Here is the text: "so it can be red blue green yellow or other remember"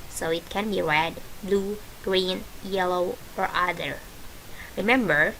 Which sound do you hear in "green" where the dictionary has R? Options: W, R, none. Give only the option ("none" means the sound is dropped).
R